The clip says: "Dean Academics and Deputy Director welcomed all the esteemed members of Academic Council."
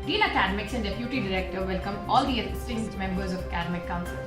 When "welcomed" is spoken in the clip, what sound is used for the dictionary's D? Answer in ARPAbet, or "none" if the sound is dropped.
none